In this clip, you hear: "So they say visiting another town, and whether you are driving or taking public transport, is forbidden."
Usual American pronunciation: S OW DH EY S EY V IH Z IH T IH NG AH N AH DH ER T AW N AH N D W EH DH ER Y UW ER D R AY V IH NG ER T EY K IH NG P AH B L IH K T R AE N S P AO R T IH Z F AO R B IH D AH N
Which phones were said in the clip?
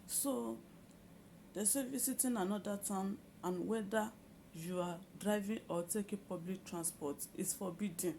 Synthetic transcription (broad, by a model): S OW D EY S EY V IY S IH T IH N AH N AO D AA T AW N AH N W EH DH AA Y UW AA D R AY V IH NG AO T EY K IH P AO B L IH K T R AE N S P AO T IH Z F AO B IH D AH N